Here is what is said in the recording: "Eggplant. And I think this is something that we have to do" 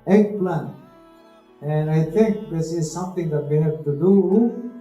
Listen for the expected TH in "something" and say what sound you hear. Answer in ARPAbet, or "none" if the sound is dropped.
T